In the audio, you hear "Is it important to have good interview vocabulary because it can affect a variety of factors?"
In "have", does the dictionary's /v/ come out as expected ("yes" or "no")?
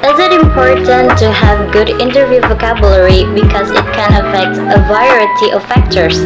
yes